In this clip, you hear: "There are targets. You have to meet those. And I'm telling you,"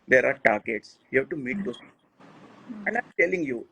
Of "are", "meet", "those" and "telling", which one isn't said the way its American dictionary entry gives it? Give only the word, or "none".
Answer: those